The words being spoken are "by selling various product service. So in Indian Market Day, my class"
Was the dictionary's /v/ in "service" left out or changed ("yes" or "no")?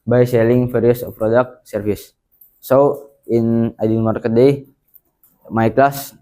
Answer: yes